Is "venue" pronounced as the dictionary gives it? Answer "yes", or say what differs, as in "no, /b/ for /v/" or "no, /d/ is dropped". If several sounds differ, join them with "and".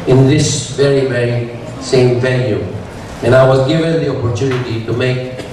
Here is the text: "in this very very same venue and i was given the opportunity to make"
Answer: no, /l/ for /n/